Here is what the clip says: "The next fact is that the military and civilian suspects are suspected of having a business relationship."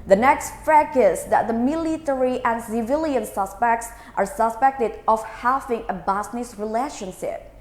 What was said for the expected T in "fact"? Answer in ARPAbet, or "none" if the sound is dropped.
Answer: none